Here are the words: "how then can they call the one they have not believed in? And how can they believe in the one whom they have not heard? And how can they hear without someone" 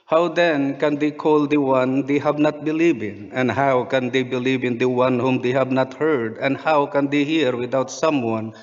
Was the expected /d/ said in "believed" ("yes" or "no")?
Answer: no